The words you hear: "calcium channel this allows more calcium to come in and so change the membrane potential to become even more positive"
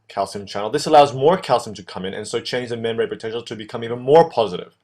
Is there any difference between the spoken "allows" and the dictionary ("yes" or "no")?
no